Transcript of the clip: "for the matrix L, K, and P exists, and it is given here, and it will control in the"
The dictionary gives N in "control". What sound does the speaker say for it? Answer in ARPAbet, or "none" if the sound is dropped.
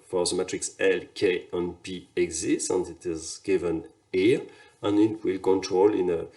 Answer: N